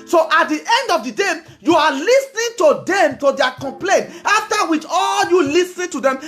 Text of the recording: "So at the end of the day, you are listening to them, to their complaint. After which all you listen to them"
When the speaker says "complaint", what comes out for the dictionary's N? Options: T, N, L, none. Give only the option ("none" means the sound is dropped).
N